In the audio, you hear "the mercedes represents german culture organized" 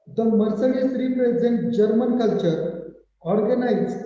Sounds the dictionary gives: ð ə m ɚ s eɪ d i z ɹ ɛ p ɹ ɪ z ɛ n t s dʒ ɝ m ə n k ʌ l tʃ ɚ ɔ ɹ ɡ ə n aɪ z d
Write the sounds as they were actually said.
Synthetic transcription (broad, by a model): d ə m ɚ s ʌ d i s ɹ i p ɹ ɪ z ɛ n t dʒ ɝ m ə n k ʌ l tʃ ɚ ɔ ɹ ɡ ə n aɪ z